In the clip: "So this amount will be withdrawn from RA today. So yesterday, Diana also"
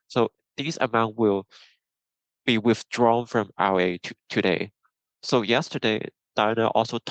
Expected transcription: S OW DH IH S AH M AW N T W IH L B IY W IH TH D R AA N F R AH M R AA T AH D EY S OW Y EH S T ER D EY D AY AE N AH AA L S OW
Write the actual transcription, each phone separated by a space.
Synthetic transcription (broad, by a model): S OW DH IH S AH M AW N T W IH L B IY W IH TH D R AA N F R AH M W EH T AH D EY S OW Y EH S T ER D EY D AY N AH AA L S OW